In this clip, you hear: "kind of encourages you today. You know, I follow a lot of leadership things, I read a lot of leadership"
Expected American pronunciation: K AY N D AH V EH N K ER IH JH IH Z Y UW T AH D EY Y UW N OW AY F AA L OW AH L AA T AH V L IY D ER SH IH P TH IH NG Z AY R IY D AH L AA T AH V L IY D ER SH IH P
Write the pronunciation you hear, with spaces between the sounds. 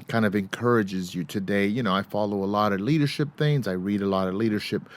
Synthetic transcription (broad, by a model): K AY N D AH V EH N K ER IH JH IH Z Y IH T AH D EY Y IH N OW AY F AA L OW AH L AA T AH L IY D ER SH IH P TH IH NG Z AY R IY D AH L AA T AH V L IY D ER SH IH P